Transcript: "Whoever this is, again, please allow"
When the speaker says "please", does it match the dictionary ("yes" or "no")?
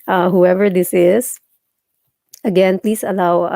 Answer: no